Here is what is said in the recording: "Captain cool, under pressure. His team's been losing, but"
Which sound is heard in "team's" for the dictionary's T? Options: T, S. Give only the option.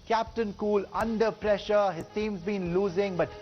S